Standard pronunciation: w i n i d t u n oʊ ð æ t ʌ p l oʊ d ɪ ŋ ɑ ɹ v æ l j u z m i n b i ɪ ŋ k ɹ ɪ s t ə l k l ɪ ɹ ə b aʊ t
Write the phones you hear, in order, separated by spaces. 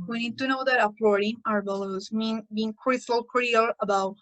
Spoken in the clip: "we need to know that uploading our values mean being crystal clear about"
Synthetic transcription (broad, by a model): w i n i d t u n oʊ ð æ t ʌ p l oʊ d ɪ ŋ ɑ ɹ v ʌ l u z m i n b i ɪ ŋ k ɹ ɪ s t ə l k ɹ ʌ l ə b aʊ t